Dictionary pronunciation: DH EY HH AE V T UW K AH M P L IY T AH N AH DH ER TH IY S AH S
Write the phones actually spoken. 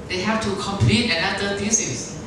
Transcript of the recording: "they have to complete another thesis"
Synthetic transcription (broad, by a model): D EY HH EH F T UW K AH M P L IY T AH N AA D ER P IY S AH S